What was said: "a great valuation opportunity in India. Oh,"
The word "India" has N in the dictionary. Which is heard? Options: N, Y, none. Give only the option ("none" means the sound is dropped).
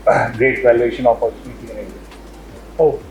none